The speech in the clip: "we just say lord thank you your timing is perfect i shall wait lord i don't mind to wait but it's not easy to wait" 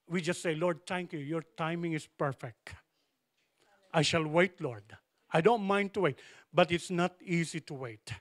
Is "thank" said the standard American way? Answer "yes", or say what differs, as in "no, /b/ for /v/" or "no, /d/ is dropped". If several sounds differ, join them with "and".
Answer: no, /t/ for /θ/